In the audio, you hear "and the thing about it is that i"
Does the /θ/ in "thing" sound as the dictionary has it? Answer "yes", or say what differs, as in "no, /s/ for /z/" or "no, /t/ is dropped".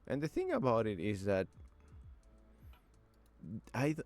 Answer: yes